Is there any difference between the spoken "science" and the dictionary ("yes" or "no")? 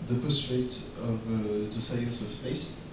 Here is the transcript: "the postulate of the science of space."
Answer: yes